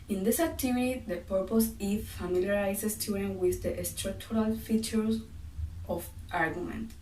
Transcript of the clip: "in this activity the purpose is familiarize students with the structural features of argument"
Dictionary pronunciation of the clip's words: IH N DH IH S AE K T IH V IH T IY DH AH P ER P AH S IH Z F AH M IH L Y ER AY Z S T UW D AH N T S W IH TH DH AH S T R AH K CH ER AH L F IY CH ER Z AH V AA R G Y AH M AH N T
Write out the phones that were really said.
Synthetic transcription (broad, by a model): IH N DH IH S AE K T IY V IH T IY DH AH P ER P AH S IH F F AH M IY L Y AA AY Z S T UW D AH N W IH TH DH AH S T R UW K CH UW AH L F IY CH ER S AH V AA R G Y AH M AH N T